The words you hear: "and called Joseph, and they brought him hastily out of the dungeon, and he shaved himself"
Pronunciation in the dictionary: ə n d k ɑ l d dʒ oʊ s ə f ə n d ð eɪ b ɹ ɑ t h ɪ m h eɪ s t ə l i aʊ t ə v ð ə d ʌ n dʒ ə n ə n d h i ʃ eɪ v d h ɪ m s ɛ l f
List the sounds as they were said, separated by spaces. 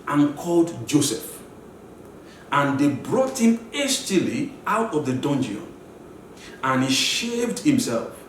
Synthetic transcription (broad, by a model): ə n k ɑ l d dʒ oʊ s ə f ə n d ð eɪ b ɹ ɑ t h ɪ m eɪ s t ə l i aʊ t ə v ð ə d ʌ n dʒ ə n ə n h i ʃ eɪ v d h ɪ m s ɛ l f